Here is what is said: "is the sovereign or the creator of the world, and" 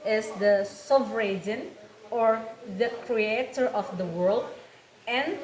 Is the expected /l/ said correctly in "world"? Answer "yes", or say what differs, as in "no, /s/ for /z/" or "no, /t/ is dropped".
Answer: yes